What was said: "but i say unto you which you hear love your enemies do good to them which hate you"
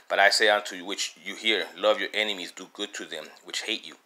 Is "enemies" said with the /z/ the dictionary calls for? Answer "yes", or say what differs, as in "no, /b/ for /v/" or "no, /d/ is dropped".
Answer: yes